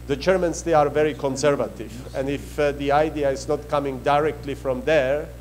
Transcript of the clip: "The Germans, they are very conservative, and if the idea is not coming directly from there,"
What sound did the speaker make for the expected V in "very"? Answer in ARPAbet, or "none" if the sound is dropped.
V